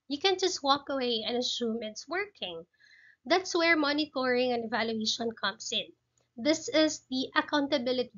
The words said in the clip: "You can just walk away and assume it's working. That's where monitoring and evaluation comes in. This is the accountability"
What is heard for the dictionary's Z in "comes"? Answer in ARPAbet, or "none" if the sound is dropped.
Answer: S